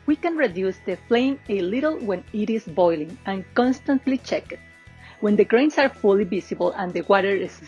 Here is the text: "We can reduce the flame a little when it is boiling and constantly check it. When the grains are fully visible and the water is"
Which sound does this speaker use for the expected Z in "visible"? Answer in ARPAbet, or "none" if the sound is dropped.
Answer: S